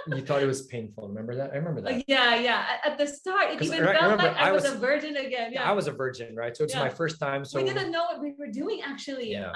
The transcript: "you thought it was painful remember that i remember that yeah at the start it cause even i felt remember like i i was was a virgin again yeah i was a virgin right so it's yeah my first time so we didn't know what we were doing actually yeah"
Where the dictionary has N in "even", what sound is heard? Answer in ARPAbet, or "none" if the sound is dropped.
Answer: none